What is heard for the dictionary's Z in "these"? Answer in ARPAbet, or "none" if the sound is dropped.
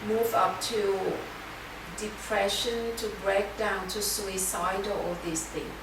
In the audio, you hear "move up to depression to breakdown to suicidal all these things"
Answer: S